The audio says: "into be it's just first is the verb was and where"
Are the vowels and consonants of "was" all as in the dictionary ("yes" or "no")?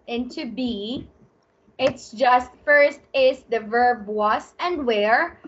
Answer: no